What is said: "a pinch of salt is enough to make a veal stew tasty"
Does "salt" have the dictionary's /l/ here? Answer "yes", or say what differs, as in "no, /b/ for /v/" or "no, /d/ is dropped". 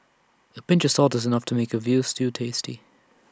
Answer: yes